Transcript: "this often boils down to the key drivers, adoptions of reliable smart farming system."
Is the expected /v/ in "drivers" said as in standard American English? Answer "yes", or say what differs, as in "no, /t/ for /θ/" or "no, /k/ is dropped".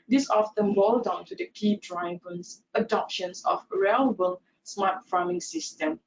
no, /b/ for /v/